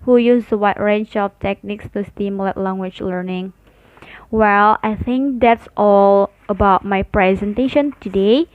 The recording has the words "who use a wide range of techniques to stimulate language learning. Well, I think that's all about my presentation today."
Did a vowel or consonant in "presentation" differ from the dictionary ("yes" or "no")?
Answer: no